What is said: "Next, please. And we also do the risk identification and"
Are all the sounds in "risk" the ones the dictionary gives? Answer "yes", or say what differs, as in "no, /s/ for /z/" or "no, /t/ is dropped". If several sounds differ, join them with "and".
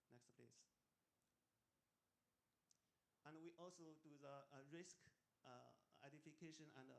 yes